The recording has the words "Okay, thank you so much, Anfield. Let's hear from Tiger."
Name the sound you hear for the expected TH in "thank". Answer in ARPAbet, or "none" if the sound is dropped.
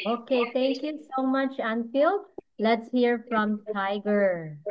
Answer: T